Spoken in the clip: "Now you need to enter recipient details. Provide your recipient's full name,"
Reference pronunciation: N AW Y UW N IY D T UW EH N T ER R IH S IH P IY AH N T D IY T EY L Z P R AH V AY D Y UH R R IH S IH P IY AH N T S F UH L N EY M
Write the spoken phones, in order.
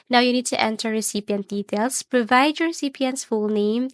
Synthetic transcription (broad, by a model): N AW Y UW N IY D T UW EH N T ER R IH S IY P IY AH N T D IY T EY L S P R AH V AY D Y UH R R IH S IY P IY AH N T S F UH L N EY M